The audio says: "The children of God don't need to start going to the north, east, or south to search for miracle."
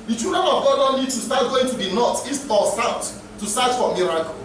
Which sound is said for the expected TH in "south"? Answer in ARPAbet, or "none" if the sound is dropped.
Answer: T